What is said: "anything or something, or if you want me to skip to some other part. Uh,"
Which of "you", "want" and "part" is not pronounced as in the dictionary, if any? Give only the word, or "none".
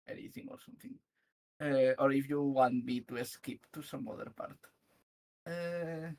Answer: none